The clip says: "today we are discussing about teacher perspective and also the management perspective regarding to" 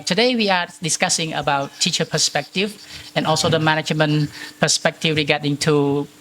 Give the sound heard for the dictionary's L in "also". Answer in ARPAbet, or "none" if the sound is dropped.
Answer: L